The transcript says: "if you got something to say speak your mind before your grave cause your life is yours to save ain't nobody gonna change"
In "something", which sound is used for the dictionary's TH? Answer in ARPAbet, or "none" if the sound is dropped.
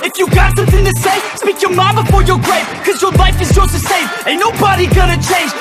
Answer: TH